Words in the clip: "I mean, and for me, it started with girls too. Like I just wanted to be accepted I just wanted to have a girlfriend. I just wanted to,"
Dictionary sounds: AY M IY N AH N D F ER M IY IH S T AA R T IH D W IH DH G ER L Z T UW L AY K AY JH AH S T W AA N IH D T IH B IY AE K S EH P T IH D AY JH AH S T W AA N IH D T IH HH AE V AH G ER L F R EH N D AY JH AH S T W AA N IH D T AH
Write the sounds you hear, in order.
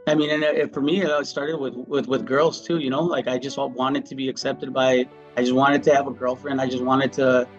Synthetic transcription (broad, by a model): AY M IY N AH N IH F ER M IY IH S T AA R T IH D W IH DH G ER L Z T UW L AY K AY JH AH S T W AA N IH D T IH B IY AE K S EH P T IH D AY JH AH S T W AA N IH D T IH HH V AH G ER L F R EH N D AY JH AH S T W AA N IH D T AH